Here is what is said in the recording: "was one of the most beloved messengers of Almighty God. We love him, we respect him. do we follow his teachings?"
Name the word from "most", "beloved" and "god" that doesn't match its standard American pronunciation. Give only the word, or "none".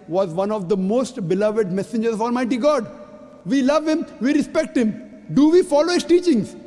none